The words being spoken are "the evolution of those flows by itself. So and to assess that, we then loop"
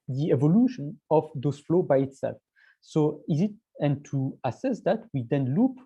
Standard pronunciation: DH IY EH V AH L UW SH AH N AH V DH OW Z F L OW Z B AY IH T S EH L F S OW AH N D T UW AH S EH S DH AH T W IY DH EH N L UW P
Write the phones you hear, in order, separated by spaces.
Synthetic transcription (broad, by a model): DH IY EH V AH L UW SH AH N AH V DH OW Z F L OW B AY IH T S EH L F S OW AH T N T UW AH S EH S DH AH T W IY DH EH N L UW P